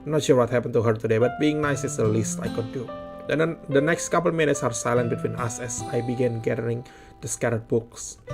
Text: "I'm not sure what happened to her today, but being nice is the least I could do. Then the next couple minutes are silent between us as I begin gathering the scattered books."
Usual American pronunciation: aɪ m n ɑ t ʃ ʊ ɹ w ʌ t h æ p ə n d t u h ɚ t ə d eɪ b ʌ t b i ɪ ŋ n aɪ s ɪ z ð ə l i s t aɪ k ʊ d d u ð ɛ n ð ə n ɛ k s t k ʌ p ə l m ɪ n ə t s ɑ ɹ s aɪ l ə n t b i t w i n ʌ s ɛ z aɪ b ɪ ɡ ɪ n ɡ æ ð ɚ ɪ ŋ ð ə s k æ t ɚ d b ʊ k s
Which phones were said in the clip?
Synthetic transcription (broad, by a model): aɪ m n ɑ t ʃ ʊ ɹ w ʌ t h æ p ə n t u h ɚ t ə d eɪ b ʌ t b i ɪ ŋ n aɪ s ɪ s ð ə l i s t aɪ k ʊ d d u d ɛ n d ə n ɛ k s t k ʌ p ə l m ɪ n ə t s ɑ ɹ s aɪ l ə n t b i t w i n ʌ s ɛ s aɪ b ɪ ɡ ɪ n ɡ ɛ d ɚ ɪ ŋ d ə s k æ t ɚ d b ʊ k s